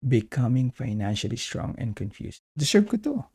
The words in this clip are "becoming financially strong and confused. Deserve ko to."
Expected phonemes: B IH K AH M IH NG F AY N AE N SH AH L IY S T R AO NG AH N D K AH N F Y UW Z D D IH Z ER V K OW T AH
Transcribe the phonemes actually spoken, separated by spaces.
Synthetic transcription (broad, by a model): B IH K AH M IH NG F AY N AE N SH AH L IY S T R AO NG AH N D K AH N F Y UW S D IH S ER B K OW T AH